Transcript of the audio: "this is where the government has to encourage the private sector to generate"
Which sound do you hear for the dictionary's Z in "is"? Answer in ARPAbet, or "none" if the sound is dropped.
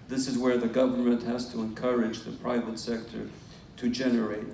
Z